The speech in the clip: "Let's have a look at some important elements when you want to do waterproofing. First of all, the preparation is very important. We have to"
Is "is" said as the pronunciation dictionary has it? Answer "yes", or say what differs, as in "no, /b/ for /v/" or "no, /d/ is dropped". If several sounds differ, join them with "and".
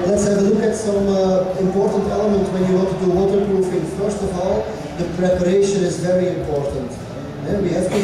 yes